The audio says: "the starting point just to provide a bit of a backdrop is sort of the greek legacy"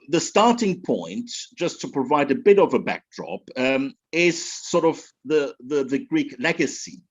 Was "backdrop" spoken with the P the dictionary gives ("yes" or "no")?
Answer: yes